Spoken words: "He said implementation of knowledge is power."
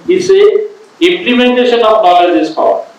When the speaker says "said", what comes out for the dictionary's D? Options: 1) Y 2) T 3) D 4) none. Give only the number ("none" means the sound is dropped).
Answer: 4